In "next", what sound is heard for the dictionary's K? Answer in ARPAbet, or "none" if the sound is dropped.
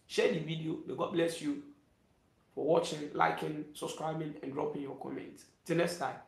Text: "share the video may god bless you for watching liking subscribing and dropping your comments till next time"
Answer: none